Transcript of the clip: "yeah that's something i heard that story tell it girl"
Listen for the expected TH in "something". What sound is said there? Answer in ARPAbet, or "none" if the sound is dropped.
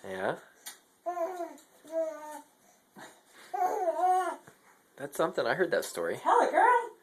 TH